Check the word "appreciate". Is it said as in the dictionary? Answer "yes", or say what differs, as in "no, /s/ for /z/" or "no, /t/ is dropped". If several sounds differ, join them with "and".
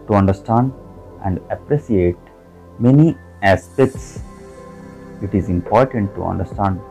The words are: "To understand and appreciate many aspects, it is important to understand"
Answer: no, /s/ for /ʃ/